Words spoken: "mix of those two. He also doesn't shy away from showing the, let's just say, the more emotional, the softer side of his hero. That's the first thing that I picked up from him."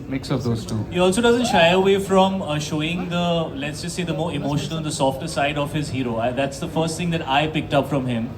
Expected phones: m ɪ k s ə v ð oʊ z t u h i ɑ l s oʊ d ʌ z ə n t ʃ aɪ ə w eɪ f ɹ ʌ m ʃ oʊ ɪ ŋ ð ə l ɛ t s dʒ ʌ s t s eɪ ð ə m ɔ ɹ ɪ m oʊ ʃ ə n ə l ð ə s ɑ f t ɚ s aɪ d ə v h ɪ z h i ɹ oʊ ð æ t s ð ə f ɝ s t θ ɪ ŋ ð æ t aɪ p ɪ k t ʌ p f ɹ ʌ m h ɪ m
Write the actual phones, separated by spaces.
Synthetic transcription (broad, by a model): m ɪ k s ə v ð oʊ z t u h i ɑ l s oʊ d ʌ z ə n t ʃ aɪ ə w eɪ f ɹ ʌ m ʃ oʊ ɪ ŋ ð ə l ɛ t s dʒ ʌ s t s eɪ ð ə m ɔ ɹ ɪ m oʊ ʃ ə n ə l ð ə s ɑ f t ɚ s aɪ d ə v h ɪ z h i ɹ oʊ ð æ t s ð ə f ɝ s t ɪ ŋ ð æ t aɪ p ɪ k t ʌ p f ɹ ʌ m h ɪ m